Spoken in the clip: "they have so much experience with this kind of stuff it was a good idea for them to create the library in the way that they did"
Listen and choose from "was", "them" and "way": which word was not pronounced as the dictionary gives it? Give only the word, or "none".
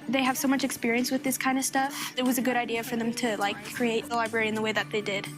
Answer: none